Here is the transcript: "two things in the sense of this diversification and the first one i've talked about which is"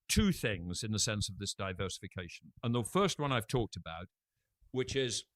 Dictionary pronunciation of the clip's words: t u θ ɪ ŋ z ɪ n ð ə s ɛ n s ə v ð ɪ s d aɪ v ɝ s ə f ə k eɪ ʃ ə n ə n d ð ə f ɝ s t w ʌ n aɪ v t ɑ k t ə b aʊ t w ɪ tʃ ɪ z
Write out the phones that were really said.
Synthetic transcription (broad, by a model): t u θ ɪ ŋ z ɪ n ð ə s ɛ n s ə v ð ɪ s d aɪ v ɝ s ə f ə k eɪ ʃ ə n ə n ð ə f ɝ s t w ʌ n aɪ v t ɑ k t ə b aʊ t w ɪ tʃ ɪ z